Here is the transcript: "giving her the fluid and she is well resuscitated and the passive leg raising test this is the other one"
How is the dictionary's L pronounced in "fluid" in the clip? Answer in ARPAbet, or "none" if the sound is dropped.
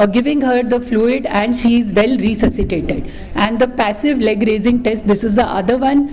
L